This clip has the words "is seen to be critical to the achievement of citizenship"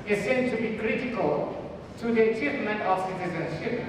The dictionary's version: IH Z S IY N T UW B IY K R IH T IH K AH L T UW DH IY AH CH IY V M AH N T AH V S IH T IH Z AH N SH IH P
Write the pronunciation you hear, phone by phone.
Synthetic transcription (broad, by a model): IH S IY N T UW B IY K R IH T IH K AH L T UW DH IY AH CH IY V M AH N T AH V S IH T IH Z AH N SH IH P